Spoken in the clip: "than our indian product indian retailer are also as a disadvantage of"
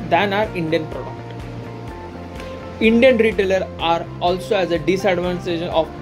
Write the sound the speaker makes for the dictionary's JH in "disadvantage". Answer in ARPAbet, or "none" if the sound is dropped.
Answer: SH